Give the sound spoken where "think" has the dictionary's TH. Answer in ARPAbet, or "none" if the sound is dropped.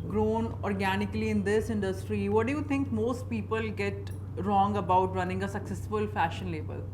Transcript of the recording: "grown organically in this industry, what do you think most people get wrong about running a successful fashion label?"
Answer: T